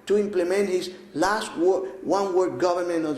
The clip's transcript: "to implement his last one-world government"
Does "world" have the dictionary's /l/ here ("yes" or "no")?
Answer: no